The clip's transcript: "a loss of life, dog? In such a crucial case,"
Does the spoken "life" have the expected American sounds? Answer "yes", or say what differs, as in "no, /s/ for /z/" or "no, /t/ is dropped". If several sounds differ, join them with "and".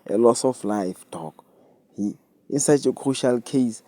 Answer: yes